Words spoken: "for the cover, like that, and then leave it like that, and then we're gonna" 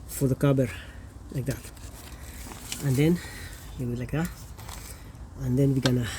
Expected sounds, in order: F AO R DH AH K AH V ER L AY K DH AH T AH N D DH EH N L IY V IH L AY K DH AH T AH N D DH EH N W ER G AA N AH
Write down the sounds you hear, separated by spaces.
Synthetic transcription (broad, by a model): F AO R DH AH K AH B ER L AY K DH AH T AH N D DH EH N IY W IH L AY K DH AH T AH N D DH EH N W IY G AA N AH